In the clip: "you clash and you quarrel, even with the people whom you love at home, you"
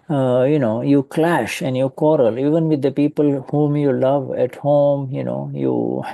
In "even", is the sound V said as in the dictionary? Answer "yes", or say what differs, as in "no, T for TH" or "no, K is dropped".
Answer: yes